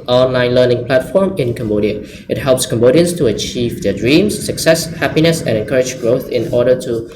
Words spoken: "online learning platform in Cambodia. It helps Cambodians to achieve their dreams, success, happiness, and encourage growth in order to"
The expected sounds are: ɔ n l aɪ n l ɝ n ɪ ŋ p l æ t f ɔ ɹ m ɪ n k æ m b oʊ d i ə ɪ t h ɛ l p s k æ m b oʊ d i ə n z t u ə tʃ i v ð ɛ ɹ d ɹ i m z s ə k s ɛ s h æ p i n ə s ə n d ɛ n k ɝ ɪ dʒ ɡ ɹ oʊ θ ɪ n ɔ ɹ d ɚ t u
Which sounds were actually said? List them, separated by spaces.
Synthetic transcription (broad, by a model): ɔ n l aɪ n l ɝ n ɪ ŋ p l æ t f ɔ ɹ m ɪ n k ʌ m b oʊ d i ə ɪ t h ɛ l p s k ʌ m b oʊ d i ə n s t u ə tʃ i v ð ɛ d ɹ i m s ə k s ɛ s h æ p i n ə s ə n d ɛ n k ɝ ɪ dʒ ɡ ɹ oʊ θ ɪ n ɔ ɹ d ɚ t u